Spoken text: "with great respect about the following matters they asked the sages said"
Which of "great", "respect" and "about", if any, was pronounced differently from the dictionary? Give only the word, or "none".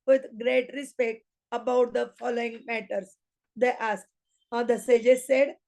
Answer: none